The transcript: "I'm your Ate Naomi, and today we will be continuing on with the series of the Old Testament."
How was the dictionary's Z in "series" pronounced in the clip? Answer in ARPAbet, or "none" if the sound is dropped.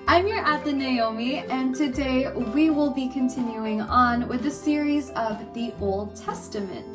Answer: Z